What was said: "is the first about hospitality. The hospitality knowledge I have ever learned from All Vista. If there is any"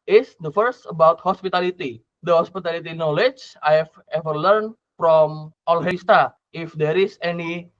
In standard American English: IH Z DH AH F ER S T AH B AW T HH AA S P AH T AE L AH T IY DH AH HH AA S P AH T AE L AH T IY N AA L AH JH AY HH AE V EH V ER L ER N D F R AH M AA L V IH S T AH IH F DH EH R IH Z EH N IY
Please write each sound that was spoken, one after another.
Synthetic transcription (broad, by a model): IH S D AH F ER S T AH B AW T HH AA S P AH T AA L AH T IY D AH HH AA S P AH T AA L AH T IY N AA L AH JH AY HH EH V EH V ER L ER N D F R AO M AA L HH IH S T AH IH F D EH R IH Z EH N IY